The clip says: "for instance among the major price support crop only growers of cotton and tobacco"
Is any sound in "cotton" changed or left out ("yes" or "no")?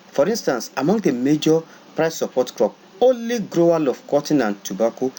no